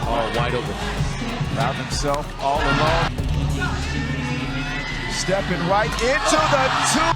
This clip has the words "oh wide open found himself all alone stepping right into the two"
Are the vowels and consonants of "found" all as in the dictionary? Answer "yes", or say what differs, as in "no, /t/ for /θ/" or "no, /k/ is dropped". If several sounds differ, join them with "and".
no, /n/ is dropped